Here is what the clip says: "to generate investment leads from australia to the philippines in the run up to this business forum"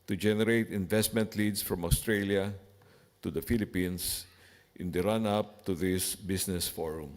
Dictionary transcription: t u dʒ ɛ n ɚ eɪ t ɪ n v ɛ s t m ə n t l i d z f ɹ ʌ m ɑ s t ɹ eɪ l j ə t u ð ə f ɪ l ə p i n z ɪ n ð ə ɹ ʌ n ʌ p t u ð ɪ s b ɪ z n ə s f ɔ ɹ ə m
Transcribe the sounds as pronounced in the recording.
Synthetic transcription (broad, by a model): t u dʒ ɛ n ɚ eɪ t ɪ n v ɛ s t m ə n t l i d s f ɹ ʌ m ɑ s t ɹ eɪ l j ə t u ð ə f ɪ l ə p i n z ɪ n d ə ɹ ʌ n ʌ p t u ð ɪ s b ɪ s n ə s f ɔ ɹ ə m